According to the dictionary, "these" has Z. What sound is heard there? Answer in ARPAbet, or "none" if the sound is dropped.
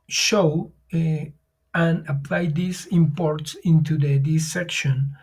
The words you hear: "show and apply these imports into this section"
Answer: S